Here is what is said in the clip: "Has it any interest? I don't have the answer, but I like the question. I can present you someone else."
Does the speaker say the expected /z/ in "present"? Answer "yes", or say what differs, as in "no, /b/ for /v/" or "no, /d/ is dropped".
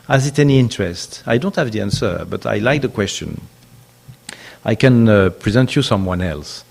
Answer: yes